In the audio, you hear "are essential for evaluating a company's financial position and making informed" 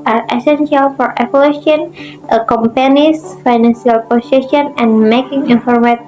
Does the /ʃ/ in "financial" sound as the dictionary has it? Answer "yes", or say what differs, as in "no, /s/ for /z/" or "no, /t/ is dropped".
no, /s/ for /ʃ/